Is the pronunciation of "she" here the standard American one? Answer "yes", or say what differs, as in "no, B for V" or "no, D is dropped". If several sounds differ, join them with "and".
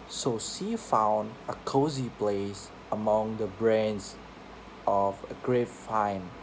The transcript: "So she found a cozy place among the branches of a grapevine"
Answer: no, S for SH